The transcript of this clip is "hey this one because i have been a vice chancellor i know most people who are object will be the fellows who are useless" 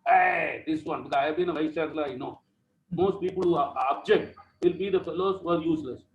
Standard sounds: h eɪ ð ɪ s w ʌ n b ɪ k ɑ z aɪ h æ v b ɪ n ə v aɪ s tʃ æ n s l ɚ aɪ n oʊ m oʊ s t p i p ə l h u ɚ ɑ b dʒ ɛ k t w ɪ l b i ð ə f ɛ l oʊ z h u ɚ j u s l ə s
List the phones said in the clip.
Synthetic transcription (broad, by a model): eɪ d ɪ s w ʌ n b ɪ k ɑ ɪ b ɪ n ə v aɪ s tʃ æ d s l aɪ n oʊ m oʊ s t p i p ə l h u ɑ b dʒ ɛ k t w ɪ l b i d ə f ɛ l oʊ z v ɚ j u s l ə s